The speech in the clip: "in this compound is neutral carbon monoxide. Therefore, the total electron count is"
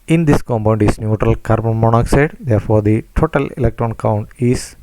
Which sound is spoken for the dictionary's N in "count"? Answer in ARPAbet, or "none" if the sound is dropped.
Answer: N